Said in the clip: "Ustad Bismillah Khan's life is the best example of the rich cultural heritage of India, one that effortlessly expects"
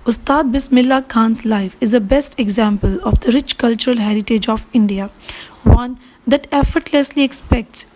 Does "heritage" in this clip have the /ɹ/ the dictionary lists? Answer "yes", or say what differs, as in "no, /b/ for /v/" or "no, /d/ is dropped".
yes